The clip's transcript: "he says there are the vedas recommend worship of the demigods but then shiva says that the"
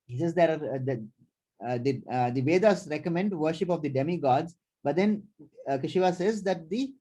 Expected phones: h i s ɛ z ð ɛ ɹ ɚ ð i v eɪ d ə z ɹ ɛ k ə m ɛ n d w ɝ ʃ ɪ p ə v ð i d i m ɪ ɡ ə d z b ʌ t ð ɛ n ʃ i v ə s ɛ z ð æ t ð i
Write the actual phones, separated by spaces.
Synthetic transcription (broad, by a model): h i s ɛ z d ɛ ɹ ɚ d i v eɪ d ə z ɹ ɛ k ə m ɛ n d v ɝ ʃ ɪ p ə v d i d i m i ɡ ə d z b ʌ t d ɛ n ʃ i v ə s ɛ z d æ t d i